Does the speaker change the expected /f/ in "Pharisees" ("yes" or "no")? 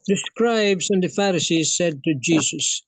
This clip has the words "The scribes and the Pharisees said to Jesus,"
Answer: no